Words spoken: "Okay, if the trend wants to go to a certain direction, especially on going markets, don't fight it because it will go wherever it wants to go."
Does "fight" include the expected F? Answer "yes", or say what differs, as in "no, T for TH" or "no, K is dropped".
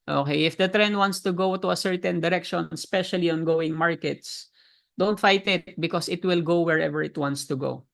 yes